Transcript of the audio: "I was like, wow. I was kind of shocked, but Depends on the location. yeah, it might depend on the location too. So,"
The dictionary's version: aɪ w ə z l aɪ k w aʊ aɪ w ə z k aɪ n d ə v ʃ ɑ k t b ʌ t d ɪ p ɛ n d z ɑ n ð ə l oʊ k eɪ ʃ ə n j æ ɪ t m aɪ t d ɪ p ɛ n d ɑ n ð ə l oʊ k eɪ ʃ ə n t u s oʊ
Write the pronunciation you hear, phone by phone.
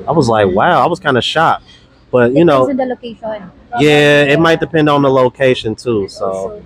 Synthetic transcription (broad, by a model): aɪ w ə z l aɪ k w aʊ aɪ w ə z k aɪ n d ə ʃ ɑ t b ʌ t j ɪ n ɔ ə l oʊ k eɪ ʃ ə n j æ ɪ t m aɪ t d ɪ p ɛ n d n ð ə l oʊ k eɪ ʃ ə n t u s oʊ